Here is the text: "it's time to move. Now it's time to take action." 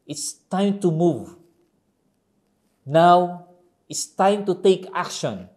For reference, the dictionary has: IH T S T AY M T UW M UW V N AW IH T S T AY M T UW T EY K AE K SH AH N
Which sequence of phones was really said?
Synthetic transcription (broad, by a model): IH T S T AY M T UW M UW V N AW IH T S T AY M T UW T EY K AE K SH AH N